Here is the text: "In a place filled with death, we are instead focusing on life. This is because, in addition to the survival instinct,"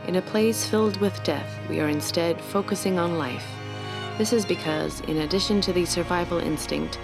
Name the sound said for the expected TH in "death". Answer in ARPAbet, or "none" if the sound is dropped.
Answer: TH